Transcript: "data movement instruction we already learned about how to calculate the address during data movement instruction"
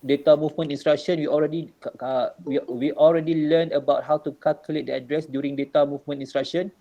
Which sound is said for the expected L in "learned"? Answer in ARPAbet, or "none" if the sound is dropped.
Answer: W